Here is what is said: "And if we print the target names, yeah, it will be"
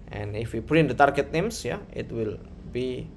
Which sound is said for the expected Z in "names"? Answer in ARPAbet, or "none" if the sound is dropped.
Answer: S